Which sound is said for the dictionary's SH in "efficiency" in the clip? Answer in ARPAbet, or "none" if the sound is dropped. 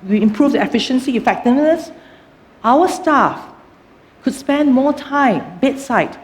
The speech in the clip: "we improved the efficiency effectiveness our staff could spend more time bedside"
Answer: SH